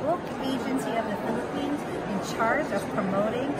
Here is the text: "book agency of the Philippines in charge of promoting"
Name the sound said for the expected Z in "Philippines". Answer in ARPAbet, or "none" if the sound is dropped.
Z